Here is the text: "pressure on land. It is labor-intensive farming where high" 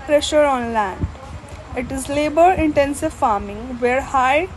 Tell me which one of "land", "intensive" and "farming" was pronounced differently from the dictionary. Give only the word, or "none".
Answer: none